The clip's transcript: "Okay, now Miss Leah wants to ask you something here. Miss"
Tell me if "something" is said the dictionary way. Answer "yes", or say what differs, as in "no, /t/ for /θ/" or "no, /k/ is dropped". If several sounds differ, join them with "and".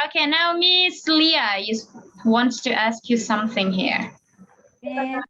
yes